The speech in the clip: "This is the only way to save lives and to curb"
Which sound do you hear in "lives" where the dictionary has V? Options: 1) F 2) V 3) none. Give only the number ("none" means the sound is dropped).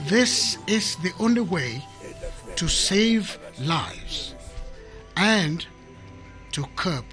2